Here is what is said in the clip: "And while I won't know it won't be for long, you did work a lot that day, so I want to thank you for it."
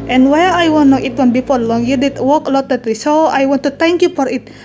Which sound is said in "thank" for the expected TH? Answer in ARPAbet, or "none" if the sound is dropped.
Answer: T